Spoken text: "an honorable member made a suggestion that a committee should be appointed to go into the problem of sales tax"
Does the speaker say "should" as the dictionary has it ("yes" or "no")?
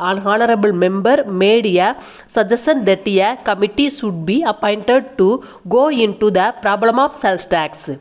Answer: no